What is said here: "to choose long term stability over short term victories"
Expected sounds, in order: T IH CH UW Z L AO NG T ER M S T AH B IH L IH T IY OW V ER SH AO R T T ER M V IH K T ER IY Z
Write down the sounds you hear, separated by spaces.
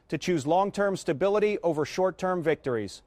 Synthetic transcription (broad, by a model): T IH CH UW Z L AO NG T ER M S T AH B IH L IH T IY OW V ER SH AO R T T ER M V IH K T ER IY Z